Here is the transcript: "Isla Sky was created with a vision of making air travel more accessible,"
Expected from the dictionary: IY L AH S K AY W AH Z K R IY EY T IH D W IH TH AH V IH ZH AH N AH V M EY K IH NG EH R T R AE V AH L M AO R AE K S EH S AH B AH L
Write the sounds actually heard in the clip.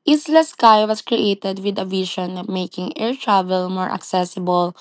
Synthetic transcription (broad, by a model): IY L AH S K AY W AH S K R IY EY T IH D W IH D AH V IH SH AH N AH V M EY K IH NG EH R T R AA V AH L M AO R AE K S EH S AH B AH L